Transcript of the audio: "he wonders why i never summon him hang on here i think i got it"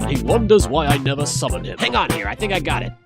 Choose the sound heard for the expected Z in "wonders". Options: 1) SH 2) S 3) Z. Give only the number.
3